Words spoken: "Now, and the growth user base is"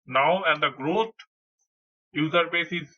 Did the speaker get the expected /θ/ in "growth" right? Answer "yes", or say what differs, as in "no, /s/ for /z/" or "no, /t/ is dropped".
no, /t/ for /θ/